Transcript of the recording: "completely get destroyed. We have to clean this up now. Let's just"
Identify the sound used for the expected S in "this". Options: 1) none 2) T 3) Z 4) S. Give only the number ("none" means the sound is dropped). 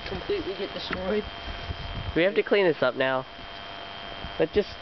4